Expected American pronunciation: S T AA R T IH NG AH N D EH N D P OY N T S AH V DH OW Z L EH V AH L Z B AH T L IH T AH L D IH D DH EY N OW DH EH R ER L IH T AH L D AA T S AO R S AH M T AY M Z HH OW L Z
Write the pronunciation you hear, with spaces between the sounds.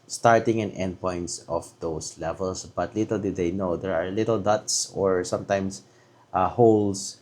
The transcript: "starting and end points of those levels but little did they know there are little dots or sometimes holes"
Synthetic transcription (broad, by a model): S T AA R T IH NG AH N EH N D P OY N T S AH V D OW S L EH V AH L S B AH T L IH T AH L D IH D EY N OW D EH R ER L IH T AH L D AA T S AO R S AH M T AY M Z HH OW L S